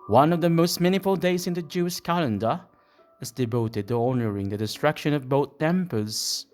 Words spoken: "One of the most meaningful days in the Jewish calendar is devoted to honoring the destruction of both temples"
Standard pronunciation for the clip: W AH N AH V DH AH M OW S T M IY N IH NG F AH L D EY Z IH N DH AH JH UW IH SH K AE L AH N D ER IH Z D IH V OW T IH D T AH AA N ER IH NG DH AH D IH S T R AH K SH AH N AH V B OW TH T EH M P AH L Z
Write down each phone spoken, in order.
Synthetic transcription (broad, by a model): W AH N AH V DH AH M OW S T M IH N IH F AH L D EY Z IH N DH AH JH UW IH SH K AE L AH N D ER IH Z D IH V OW T IH D T AH AA N ER IH NG DH AH D IH S T R AH K SH AH N AH V B OW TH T EH M P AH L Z